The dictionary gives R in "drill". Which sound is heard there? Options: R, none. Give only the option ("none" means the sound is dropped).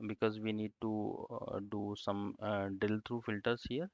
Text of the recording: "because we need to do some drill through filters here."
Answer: none